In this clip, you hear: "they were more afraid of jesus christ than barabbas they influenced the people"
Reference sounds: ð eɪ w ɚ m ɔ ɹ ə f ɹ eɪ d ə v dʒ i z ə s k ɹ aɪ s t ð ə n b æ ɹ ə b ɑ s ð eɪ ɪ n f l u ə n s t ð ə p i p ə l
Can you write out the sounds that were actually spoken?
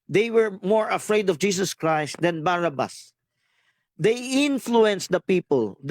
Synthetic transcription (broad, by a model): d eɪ w ɚ m ɔ ɹ ə f ɹ eɪ d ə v dʒ i s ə s k ɹ aɪ s t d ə n b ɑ ɹ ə b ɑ s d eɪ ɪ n f l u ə n s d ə p i p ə l